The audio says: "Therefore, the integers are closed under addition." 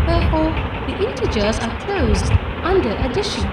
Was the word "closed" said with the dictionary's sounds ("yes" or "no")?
yes